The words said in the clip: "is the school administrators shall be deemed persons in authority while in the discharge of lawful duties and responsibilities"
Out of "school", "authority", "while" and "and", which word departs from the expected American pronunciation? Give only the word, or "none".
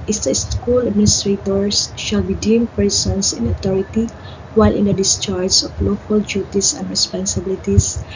authority